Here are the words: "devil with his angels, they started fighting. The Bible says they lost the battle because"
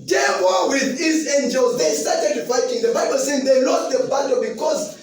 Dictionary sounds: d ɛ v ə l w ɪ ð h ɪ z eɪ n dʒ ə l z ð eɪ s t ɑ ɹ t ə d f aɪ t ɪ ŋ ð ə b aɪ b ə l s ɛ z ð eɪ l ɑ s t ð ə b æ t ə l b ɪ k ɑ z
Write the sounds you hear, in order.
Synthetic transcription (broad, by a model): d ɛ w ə w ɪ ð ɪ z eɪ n dʒ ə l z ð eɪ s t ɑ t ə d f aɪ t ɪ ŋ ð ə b aɪ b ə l s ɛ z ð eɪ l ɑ t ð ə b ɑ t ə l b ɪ k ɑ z